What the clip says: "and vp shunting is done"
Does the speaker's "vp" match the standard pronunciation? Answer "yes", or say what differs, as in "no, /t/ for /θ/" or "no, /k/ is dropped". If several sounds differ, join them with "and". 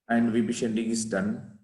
no, /b/ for /p/